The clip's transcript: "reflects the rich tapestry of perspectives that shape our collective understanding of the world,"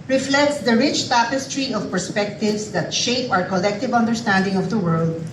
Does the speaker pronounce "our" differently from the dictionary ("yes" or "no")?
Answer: no